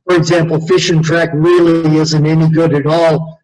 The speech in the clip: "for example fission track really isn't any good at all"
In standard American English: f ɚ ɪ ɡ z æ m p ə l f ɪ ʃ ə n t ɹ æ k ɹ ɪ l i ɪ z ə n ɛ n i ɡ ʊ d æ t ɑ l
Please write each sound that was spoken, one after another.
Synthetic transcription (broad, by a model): f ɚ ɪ ɡ z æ m p l f ɪ ʃ ə n t ɹ æ k ɹ ɪ l i ɪ z ə n ɛ n i ɡ ʊ d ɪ t ɑ l